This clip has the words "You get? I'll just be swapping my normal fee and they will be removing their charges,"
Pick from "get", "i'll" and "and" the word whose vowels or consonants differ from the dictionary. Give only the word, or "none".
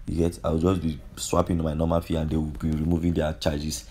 i'll